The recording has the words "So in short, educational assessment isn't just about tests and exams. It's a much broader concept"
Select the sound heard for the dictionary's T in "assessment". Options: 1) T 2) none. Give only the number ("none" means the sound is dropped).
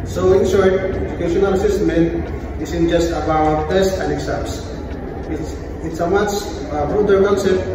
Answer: 2